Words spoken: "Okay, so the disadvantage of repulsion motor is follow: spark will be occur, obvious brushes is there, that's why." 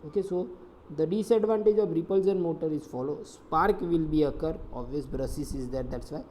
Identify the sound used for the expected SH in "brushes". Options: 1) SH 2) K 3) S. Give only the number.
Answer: 3